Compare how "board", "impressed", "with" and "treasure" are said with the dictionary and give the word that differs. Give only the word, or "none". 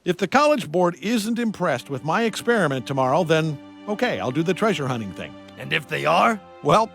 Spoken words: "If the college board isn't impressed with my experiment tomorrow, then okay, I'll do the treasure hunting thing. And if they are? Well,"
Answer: none